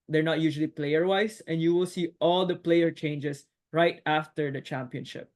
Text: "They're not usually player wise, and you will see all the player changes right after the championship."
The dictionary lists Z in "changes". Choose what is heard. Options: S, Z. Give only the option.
S